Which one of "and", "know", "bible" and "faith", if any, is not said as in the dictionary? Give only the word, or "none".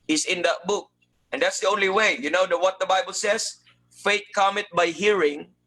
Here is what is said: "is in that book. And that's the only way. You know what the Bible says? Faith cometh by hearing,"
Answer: faith